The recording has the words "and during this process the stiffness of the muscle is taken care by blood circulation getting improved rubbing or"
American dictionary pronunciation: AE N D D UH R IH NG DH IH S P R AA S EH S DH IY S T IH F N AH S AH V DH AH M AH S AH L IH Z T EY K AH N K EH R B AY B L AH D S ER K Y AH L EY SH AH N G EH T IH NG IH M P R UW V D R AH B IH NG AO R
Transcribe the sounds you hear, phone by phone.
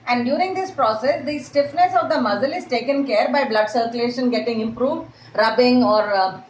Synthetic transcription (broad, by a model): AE N D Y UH R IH NG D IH S P R AA S EH S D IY S T IH F N AH S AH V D AH M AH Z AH L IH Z T EY K AH N K EH R B AY B L AH D S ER K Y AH L EY SH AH N G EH T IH NG IH M P R UW V D R AH B IH NG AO R